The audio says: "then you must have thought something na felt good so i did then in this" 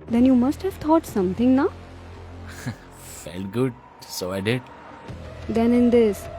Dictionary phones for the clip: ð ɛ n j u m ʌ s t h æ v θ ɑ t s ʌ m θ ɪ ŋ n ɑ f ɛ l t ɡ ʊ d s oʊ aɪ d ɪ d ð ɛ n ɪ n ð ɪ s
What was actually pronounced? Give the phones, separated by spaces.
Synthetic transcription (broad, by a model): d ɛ n j u m ʌ s t h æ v t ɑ t s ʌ m t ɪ ŋ n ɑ f ɛ l t ɡ ʊ d s oʊ aɪ d ɪ d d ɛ n ɪ n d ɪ s